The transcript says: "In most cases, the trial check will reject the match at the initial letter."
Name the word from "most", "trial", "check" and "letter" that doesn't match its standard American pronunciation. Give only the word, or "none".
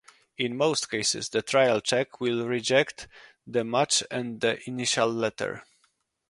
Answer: none